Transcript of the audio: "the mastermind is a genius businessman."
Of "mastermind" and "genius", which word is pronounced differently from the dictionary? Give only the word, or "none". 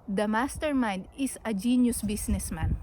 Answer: mastermind